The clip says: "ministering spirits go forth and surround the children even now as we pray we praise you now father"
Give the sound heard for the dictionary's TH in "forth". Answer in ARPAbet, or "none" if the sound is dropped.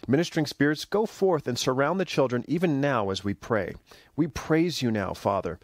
TH